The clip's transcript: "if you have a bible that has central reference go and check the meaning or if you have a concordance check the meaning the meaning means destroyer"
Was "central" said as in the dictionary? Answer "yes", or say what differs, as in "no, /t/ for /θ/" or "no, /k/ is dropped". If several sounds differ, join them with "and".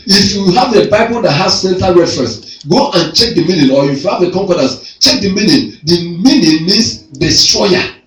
no, /ɹ/ is dropped